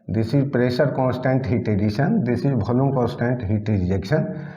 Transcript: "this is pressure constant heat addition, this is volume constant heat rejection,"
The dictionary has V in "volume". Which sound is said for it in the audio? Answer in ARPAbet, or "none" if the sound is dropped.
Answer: B